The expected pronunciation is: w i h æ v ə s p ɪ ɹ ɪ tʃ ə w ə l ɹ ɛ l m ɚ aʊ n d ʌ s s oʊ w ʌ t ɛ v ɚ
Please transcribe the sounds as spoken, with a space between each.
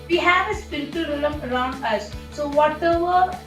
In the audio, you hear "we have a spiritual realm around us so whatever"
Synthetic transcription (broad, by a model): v i h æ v ə s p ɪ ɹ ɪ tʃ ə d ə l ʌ m ɚ aʊ n d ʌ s s oʊ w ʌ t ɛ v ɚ